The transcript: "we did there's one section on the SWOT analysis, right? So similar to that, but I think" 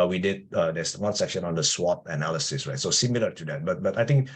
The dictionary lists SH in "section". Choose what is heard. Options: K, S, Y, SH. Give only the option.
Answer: SH